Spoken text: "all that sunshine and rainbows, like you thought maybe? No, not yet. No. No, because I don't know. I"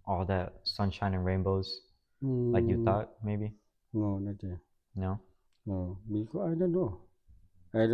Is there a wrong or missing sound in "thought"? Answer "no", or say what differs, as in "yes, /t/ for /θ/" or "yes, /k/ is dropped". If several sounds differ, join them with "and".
yes, /t/ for /θ/